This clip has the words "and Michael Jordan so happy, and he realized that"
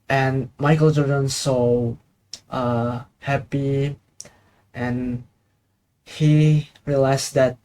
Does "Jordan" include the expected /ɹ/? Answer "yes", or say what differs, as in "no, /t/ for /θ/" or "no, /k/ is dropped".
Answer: no, /l/ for /ɹ/